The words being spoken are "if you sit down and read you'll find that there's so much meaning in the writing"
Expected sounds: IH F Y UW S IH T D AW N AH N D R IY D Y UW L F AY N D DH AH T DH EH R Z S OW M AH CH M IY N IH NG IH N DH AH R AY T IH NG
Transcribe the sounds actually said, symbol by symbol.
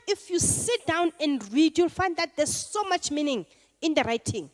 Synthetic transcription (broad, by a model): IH F Y UW S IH T D AW N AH N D R IY D Y UW L F AY N D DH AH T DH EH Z S OW M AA CH M IY N IH NG IH N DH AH R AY T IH NG